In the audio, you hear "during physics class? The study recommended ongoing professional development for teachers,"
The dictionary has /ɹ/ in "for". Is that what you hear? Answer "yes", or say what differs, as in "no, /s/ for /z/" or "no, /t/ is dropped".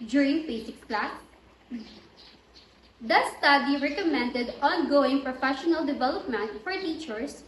yes